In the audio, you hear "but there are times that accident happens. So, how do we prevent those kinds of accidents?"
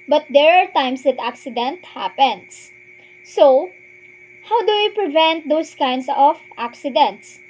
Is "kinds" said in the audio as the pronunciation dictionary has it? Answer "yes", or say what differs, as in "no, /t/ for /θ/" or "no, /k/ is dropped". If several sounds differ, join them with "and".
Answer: no, /s/ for /z/